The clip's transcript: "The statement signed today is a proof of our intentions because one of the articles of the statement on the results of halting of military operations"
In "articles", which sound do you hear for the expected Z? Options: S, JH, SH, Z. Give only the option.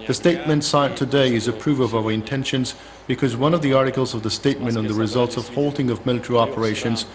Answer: Z